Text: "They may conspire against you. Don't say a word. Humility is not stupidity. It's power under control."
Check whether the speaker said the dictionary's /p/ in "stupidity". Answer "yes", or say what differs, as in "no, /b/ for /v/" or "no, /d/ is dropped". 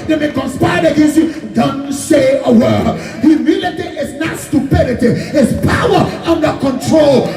yes